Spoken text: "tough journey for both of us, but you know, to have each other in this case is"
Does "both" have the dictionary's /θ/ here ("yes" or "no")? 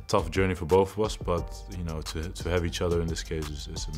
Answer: yes